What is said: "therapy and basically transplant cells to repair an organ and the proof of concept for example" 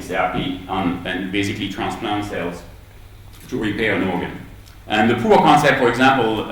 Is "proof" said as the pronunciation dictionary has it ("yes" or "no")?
no